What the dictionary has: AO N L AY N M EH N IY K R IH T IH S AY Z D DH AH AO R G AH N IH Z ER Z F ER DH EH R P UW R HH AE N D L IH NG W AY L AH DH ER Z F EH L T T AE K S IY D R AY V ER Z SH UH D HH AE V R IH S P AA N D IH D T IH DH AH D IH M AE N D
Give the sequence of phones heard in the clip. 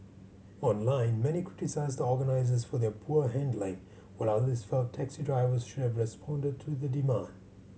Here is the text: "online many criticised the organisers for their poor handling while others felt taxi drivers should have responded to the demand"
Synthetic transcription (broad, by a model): AO N L AY N M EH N IY K R IH T IH S AY Z D AO R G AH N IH Z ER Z F ER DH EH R P UW R HH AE N D L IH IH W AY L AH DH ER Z F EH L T T AE K S IY D R AY V ER Z SH UH D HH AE V R IH S P AA N D IH D T IH DH AH D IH M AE N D